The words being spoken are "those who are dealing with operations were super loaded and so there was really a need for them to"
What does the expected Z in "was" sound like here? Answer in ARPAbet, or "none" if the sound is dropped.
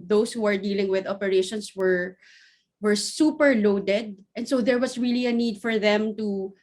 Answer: S